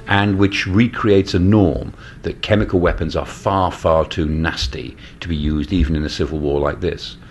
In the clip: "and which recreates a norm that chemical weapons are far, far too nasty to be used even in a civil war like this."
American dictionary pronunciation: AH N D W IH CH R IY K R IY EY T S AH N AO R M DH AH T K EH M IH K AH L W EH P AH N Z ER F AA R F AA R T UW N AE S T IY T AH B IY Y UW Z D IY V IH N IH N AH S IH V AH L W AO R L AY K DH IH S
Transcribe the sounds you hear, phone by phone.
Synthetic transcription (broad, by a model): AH N W IH CH R IY K R IY EY T S AH N AO R M DH AH T K EH M IH K AH L W EH P AH N Z ER F AA R F AA R T UW N AE S T IY T AH B IY Y UW Z D IY V IH N IH N AH S IH V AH L W AO R L AY K DH IH S